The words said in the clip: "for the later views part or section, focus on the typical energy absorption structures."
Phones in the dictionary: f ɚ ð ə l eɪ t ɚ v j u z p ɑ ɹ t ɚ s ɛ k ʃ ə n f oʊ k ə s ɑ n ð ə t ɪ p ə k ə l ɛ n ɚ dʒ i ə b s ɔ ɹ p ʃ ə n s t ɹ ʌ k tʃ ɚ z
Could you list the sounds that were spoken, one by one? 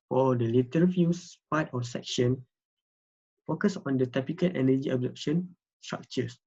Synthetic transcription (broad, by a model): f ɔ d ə l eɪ t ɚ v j u s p ɑ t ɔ s ɛ k ʃ ə n f oʊ k ə s ɑ n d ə t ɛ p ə k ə l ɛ n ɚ dʒ i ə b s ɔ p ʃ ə n s t ɹ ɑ k tʃ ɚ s